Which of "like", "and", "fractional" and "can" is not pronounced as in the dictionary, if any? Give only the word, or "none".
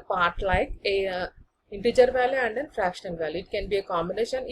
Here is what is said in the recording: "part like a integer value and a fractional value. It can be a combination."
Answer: fractional